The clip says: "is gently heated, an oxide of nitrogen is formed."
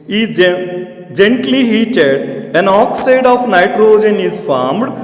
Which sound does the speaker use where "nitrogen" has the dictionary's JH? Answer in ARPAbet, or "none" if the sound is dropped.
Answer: JH